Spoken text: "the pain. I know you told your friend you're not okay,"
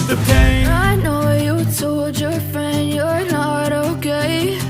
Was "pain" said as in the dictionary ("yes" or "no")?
no